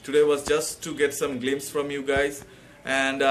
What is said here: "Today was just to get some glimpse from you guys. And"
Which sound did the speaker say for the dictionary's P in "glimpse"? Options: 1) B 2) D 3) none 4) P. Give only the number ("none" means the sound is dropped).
3